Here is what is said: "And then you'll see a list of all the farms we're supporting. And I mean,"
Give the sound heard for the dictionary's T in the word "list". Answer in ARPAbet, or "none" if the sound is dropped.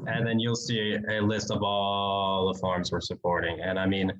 T